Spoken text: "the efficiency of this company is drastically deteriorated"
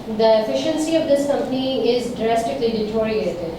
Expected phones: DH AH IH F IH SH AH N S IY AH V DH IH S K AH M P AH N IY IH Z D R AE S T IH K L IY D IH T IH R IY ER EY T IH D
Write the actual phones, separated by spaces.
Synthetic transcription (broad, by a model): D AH IH F IH SH AH N S IY AH V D IH S K AH M P AH N IY IH Z D R AE S T IH K L IY D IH T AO R IY EY T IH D